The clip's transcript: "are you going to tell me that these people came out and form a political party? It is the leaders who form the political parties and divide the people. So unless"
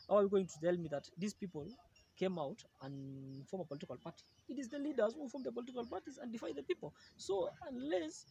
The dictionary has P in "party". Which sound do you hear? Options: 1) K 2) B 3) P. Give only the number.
3